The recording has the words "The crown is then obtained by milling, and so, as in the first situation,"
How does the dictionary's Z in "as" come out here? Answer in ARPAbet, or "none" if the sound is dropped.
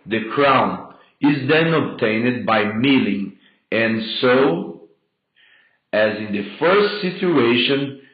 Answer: Z